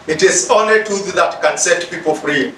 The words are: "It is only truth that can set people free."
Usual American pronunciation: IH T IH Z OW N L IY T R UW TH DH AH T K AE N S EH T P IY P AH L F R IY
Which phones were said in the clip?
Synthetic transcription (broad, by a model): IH T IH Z OW N L IY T UW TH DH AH T K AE N S EH T P IY P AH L F R IY